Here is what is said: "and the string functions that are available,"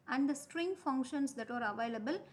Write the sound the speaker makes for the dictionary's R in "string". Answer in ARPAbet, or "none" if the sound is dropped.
R